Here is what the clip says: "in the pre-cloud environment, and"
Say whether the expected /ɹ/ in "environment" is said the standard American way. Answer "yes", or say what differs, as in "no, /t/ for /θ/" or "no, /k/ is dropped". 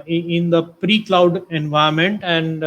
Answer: no, /ɹ/ is dropped